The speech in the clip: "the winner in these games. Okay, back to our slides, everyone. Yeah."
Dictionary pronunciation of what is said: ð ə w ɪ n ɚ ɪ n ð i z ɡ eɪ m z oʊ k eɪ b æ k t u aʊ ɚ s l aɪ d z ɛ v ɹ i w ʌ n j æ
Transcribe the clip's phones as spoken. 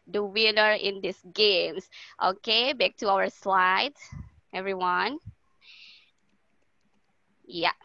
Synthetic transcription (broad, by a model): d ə w ɪ n ɚ ɪ n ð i s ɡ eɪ m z oʊ k eɪ b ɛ k t u aʊ ɚ s l aɪ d ɛ v ɹ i w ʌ n j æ